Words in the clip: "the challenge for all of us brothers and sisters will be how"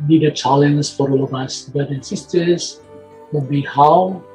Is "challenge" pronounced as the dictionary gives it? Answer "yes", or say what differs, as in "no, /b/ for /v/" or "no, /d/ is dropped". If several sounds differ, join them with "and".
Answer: no, /z/ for /dʒ/